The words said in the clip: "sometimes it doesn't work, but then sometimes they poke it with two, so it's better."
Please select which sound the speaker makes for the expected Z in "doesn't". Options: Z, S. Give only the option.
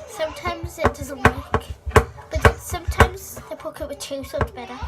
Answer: Z